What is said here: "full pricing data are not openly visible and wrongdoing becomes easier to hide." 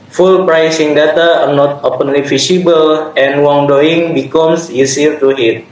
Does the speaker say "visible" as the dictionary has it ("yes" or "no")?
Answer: no